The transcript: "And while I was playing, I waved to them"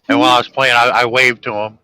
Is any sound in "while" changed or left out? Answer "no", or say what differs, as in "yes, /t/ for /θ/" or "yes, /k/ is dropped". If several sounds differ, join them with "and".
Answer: yes, /n/ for /l/